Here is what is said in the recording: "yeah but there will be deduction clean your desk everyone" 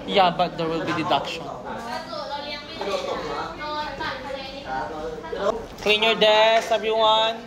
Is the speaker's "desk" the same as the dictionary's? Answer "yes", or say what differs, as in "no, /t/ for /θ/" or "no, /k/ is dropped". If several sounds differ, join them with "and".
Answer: no, /k/ is dropped